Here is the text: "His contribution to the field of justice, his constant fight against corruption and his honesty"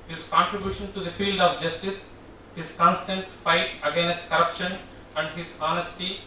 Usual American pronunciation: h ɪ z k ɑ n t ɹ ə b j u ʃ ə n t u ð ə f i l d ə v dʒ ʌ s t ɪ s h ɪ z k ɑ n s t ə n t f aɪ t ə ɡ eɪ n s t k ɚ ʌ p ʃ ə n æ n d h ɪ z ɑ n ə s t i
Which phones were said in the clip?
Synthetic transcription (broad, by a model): h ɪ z k ɑ n t ɹ ə b j u ʃ ə n t u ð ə f i l d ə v dʒ ʌ s t ɪ s h ɪ z k ɑ n s t ə n t f aɪ t ə ɡ eɪ n s t k ɚ ʌ p ʃ ə n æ n d h ɪ z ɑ n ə s t i